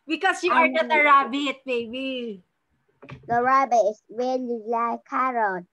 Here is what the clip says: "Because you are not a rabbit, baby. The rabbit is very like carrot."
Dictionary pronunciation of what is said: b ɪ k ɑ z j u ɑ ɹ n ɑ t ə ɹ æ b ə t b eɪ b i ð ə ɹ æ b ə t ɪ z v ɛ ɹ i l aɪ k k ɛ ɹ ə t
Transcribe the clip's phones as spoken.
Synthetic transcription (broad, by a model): b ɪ k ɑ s j u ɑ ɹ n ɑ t ə ɹ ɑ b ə t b eɪ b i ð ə ɹ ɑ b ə ɪ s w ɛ l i l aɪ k k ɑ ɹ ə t